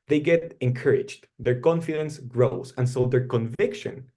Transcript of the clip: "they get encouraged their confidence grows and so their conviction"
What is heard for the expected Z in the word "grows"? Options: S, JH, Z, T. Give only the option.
S